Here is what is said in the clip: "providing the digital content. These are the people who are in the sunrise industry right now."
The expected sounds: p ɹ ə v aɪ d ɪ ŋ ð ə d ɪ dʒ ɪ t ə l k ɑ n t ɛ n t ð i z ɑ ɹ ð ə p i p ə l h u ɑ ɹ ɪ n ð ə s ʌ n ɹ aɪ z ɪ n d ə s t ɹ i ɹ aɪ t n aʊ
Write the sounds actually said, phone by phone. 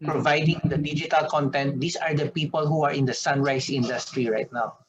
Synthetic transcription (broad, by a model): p ɹ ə v aɪ d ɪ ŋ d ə d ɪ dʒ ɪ t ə l k ɑ n t ɛ n t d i s ɑ ɹ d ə p i p ə l h u ɑ ɹ ɪ n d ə s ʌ n ɹ aɪ s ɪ n d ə s t ɹ i ɹ aɪ t n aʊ